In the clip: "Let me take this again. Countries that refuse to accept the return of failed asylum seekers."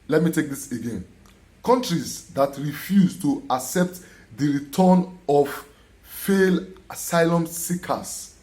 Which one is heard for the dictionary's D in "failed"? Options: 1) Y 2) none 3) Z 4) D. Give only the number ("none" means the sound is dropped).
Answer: 2